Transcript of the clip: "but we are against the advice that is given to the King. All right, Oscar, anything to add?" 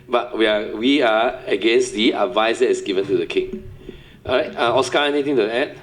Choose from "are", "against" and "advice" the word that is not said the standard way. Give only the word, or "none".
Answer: are